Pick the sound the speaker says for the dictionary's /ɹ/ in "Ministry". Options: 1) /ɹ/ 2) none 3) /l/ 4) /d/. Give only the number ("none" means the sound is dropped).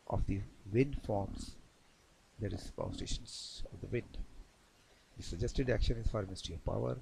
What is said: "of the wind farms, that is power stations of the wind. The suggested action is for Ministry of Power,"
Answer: 2